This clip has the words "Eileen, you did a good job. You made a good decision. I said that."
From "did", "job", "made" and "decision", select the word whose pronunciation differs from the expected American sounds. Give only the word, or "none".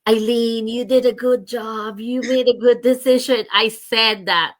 none